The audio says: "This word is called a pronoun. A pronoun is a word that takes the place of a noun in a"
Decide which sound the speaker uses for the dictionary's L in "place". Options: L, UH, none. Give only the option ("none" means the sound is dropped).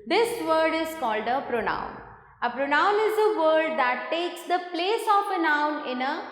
L